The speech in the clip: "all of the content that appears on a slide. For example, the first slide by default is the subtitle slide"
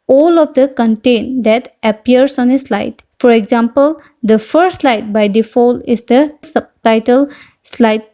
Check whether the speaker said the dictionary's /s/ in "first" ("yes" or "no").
no